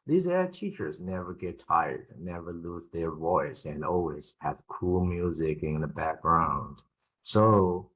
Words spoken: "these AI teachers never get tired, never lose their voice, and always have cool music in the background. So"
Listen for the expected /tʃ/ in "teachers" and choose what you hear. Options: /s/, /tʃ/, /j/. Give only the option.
/tʃ/